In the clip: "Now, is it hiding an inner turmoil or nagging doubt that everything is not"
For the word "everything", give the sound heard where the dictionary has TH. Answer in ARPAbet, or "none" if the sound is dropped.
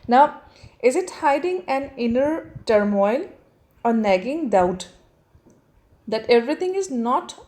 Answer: T